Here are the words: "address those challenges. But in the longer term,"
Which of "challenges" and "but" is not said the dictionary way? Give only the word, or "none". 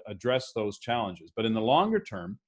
none